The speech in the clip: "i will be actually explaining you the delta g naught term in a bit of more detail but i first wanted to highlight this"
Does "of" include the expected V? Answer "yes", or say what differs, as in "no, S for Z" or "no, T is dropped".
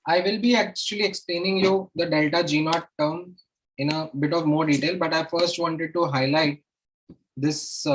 yes